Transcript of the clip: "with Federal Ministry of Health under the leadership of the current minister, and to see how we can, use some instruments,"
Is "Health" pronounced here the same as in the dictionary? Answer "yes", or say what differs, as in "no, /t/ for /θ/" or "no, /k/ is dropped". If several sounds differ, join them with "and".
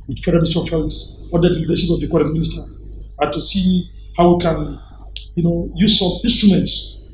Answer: no, /s/ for /θ/